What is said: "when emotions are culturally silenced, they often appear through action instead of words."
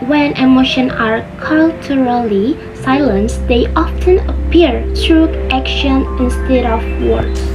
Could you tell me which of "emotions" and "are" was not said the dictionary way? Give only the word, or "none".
emotions